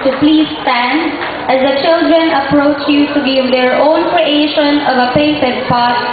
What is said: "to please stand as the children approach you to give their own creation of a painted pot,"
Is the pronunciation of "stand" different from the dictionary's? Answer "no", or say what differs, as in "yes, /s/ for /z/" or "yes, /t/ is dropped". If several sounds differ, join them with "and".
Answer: no